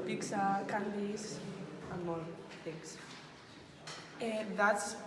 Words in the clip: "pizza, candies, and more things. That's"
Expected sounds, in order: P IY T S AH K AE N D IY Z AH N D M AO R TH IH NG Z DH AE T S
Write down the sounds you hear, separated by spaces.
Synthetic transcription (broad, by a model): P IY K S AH K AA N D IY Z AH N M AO L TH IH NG S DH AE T S